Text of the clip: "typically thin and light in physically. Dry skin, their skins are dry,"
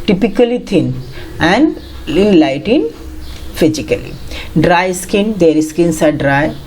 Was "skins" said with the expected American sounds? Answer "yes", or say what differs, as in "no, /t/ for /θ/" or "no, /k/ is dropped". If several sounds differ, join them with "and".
no, /s/ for /z/